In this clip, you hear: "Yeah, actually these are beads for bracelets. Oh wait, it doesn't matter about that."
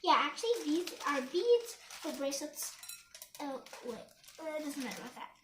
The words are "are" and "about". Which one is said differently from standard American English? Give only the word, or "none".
about